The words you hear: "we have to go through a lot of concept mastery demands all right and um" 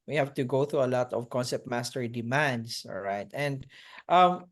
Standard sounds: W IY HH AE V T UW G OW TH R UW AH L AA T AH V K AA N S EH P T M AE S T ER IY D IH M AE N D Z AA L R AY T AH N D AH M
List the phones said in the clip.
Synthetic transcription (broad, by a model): W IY HH AE V T UW G OW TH R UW AH L AA T AH V K AA N S EH P T M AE S T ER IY D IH M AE N D S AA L R AY T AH N D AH M